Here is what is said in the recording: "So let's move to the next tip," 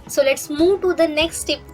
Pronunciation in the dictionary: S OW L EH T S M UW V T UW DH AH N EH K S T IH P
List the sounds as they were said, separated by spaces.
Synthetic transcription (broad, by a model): S OW L EH T S M UW V T UW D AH N EH K S T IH P